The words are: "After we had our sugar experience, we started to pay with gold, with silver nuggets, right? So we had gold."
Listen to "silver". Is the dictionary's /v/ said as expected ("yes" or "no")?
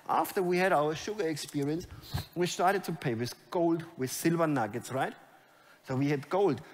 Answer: yes